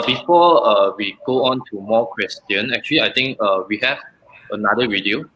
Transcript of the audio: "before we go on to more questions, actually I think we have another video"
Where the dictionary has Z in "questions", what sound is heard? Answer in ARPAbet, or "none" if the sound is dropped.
none